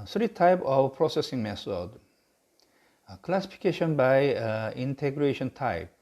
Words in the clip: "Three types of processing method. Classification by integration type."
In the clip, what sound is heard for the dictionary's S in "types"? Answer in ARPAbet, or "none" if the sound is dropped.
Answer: none